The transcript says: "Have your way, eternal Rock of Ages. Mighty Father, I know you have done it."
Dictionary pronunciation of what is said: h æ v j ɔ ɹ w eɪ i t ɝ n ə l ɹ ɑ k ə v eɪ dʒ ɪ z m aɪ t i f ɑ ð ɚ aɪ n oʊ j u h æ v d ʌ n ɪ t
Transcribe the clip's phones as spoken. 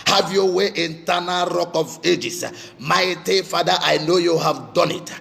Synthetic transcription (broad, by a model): h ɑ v j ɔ w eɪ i t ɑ n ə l ɹ ɑ k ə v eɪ dʒ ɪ s m aɪ t i f ɑ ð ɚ aɪ n oʊ j u h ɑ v d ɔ n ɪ t